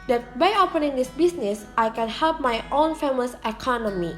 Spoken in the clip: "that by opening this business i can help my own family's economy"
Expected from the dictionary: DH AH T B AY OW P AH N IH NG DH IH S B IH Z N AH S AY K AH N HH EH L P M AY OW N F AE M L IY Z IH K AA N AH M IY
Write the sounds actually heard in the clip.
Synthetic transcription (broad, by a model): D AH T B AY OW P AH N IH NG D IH S B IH S N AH S AY K AH N HH EH L P M AY OW N F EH M IY S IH K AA N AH M IY